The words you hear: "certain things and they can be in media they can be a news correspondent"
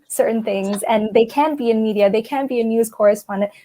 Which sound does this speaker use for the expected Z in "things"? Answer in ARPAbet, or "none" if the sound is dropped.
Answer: Z